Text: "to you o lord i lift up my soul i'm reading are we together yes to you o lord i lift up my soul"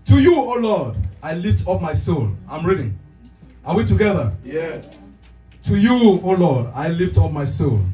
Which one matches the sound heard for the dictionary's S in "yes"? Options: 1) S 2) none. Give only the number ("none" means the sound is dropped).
2